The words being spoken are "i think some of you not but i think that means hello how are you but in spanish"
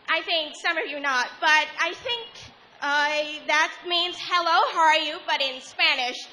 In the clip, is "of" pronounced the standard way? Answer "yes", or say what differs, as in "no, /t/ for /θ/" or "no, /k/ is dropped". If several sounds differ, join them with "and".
yes